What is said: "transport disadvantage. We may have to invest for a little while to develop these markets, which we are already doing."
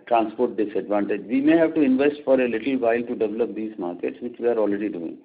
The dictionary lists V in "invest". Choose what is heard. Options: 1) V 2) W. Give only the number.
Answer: 1